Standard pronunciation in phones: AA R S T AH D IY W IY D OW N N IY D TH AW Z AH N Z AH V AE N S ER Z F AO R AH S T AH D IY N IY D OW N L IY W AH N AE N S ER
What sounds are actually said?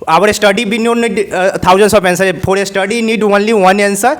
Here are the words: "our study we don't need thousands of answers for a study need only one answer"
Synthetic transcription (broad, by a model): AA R S T AH D IY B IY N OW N N IY D T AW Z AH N S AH P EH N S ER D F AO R AH S T AH D IY N IY D OW N L IY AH N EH N S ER